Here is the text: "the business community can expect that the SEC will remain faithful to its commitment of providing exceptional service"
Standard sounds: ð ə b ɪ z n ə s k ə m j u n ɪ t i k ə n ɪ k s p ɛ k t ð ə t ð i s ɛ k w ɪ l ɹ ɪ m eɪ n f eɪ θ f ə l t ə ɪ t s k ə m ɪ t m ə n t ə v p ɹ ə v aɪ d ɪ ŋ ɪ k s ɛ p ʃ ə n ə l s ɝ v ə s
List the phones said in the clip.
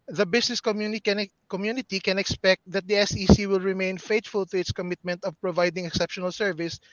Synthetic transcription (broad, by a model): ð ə b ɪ s n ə s k ə m j u n ɪ t i k ə n ɪ k s p ɛ k t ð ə t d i s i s w ɪ l ɹ ɪ m eɪ n f eɪ t f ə l t ə ɪ t s k ə m ɪ t m ə n t ə v p ɹ ə v aɪ d ɪ ŋ ɪ k s ɛ p ʃ ə n ə l s ɝ v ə s